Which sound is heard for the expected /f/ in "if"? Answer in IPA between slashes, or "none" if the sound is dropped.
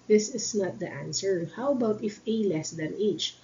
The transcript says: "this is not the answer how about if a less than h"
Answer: /f/